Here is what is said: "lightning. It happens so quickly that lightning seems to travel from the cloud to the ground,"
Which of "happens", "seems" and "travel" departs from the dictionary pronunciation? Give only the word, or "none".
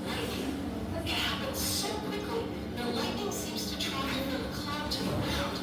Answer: travel